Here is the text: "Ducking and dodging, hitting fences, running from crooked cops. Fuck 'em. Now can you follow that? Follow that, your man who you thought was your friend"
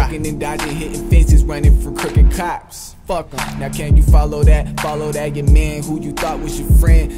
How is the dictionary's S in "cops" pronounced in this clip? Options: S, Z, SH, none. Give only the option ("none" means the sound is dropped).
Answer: S